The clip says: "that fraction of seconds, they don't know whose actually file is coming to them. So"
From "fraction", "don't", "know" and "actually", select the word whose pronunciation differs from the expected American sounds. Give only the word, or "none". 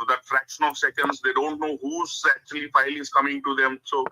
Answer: none